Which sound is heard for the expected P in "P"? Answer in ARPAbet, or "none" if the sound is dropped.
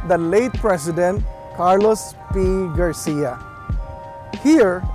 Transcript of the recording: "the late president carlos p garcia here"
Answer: P